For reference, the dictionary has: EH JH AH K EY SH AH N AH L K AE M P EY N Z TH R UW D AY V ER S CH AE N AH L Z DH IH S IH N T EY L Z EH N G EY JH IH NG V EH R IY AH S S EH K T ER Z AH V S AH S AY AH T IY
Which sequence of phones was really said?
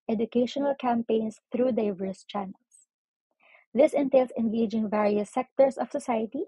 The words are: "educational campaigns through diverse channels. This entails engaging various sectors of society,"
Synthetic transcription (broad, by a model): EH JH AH K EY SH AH N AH L K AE M P EY N S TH R UW D AY V ER S CH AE N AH L S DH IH S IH N T EY L S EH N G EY JH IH NG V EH R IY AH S S EH K T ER S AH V S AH S AY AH T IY